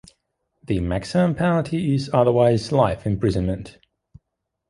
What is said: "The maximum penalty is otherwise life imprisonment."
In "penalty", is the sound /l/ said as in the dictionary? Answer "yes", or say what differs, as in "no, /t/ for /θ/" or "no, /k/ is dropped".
no, /l/ is dropped